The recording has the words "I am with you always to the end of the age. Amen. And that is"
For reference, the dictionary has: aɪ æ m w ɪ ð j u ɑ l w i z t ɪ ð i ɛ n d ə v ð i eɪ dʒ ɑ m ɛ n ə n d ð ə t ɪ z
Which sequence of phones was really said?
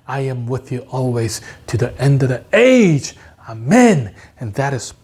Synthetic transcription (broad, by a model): aɪ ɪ m w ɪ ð j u ɑ l w i z t ɪ ð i ɛ n d ə v ð i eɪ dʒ ɑ m ɛ n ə n ð ə t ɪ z